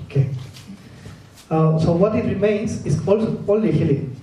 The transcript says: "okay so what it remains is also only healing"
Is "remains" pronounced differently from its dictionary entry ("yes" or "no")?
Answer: yes